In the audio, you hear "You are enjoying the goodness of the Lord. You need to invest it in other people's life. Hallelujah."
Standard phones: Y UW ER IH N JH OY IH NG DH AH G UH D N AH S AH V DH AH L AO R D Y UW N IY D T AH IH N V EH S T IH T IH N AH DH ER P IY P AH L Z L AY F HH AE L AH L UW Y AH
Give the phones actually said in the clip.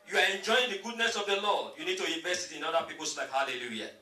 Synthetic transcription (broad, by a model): Y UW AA IH N JH OY IH NG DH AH G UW D N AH S AH V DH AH L AO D Y UW N IY D T AH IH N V EH S T IH T IH N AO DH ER P IY P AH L S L AY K HH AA L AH L UW Y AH